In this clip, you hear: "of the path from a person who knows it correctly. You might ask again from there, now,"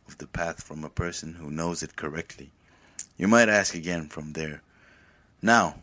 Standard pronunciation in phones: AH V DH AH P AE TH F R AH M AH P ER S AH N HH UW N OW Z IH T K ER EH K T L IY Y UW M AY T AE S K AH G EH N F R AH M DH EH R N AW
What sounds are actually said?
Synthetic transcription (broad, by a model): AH V DH AH P AE TH F R AH M AH P ER S AH N HH UW N OW Z IH T K ER EH K T L IY Y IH M AY T AE S K AH G EH N F R AH M DH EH R N AW